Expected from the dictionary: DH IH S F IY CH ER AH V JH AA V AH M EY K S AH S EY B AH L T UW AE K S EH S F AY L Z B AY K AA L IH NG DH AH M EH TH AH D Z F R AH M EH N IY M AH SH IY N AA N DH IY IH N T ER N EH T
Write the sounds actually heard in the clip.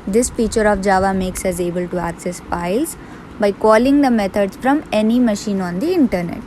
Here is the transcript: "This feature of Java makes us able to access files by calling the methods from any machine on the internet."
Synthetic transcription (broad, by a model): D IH S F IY CH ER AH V JH AA V AH M EY K S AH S EY B AH L T UW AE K S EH S P AY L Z B AY K AA L IH NG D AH M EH T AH D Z F R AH M EH N IY M AH SH IY N AA N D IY IH N T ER N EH T